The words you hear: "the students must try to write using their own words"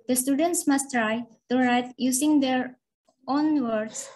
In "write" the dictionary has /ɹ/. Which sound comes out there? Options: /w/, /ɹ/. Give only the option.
/ɹ/